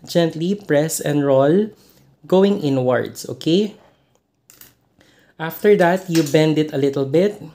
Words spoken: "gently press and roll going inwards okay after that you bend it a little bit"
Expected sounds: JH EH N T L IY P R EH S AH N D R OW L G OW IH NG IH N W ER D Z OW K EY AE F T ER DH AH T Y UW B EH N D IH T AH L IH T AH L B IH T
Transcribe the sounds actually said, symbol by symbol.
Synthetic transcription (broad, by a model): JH EH N T L IY P R EH S AH N D R OW L G OW IH NG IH N W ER D S OW K EY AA F T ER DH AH T Y UW B EH N D IH T AH L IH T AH L B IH T